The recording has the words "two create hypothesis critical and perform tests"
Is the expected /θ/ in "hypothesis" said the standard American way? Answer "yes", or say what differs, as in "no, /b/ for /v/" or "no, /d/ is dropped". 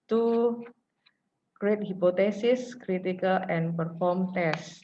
no, /t/ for /θ/